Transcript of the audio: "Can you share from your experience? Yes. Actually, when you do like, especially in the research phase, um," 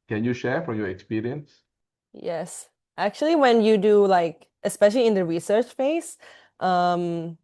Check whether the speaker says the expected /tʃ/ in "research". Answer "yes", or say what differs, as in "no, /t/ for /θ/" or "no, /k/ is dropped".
yes